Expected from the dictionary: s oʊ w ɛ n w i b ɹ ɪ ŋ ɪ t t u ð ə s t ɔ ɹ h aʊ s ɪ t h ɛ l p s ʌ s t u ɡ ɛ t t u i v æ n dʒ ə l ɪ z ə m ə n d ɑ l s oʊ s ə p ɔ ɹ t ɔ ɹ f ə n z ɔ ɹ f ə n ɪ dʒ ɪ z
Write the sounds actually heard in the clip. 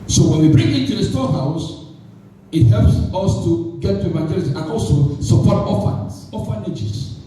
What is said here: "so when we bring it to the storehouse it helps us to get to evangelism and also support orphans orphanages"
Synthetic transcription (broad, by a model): s oʊ w ɛ n w i b ɹ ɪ ŋ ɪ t t u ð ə s t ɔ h aʊ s ɪ t h ɛ l p s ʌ s t u ɡ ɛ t t u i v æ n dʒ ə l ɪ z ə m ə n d ɑ l s oʊ s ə p ɔ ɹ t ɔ f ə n s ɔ f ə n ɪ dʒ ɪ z